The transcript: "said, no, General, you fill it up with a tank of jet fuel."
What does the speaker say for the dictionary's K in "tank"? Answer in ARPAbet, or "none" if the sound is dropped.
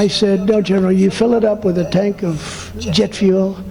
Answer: K